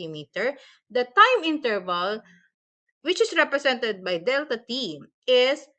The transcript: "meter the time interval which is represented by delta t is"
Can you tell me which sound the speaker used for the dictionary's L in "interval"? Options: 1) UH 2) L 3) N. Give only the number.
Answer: 2